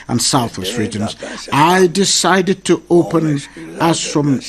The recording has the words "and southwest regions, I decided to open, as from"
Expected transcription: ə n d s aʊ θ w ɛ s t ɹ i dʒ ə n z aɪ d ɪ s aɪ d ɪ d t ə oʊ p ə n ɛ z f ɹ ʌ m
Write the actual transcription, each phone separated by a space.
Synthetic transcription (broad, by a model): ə n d s aʊ θ w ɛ s t ɹ i dʒ ə n z aɪ d ɪ s aɪ d ɪ d t ə oʊ p ə n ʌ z f ɹ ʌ m